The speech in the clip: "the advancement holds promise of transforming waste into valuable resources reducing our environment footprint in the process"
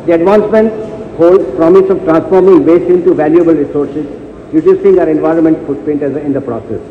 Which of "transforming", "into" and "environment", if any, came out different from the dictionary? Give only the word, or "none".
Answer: none